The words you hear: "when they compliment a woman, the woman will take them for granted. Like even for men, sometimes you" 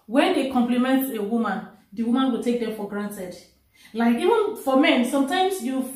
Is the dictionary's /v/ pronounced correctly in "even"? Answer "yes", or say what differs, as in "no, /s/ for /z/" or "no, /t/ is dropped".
yes